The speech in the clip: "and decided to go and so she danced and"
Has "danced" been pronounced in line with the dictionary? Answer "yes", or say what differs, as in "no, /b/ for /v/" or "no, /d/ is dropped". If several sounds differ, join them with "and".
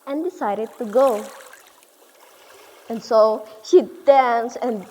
no, /t/ is dropped